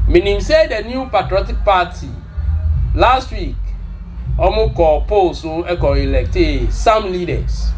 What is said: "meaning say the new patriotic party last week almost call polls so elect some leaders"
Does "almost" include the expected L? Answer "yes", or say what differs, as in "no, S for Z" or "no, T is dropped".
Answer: no, L is dropped